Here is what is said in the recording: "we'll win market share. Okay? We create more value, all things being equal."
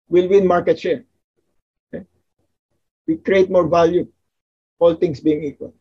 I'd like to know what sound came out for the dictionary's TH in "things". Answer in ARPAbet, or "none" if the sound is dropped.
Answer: T